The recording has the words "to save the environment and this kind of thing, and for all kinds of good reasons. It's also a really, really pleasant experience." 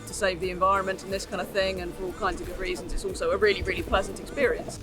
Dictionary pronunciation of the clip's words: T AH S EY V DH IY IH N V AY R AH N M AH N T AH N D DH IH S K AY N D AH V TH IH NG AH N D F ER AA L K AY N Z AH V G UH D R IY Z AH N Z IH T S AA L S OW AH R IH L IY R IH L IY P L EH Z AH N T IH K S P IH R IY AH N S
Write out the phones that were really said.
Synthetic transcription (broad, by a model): T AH S EY V DH IY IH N V AY R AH N M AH N T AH N DH IH S K AY N D AH V TH IH NG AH N F ER AA L K AY N Z AH V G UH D R IY Z AH N Z IH T S AA L S OW AH R IH L IY R IH L IY P L EH Z AH N T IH K S P IH R IY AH N S